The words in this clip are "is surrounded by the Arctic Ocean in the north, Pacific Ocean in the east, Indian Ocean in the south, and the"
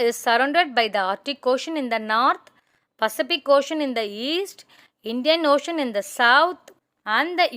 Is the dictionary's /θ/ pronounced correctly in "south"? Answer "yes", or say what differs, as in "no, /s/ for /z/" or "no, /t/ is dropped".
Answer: no, /t/ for /θ/